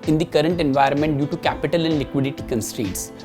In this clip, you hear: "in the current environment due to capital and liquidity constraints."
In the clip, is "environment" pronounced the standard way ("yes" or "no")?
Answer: yes